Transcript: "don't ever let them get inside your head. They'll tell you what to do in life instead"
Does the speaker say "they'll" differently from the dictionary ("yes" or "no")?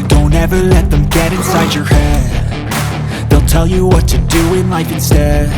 no